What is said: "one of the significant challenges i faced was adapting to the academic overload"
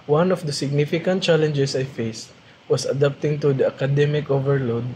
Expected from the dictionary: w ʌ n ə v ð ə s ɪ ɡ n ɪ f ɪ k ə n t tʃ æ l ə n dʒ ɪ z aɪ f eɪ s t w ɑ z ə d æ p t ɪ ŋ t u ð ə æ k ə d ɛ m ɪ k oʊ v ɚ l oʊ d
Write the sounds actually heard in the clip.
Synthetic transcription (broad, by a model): w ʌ n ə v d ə s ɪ ɡ n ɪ f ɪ k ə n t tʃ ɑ l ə n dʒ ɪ s aɪ f eɪ s t w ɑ s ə d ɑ p t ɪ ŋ t u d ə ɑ k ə d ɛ m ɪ k oʊ v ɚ l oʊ d